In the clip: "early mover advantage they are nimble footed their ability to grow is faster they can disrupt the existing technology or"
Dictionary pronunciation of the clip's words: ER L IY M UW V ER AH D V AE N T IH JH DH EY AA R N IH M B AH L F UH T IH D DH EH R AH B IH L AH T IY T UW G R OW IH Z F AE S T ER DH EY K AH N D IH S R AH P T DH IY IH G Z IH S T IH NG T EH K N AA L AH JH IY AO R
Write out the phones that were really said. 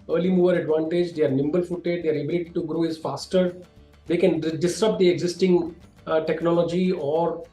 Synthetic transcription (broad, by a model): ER L IY M UW V ER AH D V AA N T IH JH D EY R N IH M B AH L F UH T IH D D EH R AH B IH L AH T IY T UW G R OW IH Z F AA S T ER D EY K AH N D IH S R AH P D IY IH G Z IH S T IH NG T EH K N AA L AH JH IY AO R